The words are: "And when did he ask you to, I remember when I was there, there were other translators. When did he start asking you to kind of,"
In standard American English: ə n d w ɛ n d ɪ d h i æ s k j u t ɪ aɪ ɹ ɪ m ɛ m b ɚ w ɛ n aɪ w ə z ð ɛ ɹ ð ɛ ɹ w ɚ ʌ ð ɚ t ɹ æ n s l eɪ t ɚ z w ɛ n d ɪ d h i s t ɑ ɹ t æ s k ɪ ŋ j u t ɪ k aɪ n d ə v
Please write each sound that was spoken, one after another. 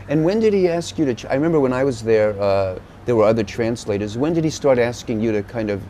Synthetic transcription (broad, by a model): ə n w ɛ n d ɪ d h i æ s k j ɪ t ɪ aɪ ɹ ɪ m ɛ m b ɚ w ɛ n aɪ w ə z ð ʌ ɹ ð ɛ ɹ w ɚ ʌ ð ɚ t ɹ æ n s l eɪ t ɚ z w ɛ n d ɪ d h i s t ɑ ɹ t æ s k ɪ ŋ j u t ɪ k aɪ n d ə v